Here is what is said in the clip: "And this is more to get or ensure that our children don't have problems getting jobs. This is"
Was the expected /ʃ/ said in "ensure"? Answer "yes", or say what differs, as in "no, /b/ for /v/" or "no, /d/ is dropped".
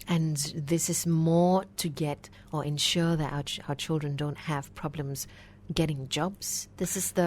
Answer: yes